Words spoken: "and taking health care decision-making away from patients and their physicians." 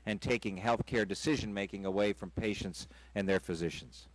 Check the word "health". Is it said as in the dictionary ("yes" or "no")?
yes